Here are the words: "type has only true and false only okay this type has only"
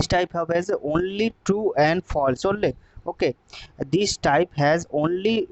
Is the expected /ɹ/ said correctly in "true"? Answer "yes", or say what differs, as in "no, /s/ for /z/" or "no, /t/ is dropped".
no, /ɹ/ is dropped